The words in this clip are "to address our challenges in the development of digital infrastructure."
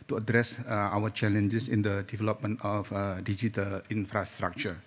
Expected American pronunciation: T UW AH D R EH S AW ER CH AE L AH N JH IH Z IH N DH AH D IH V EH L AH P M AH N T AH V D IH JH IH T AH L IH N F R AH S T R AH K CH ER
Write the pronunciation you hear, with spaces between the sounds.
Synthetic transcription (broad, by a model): T UW AH D R EH S AW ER CH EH L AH N JH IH S IH N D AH D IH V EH L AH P M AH N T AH F D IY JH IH T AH L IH N F R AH S T R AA K CH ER